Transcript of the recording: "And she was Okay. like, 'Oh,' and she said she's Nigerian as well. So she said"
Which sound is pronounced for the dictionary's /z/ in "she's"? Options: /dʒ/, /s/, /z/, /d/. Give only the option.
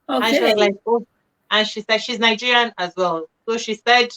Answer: /z/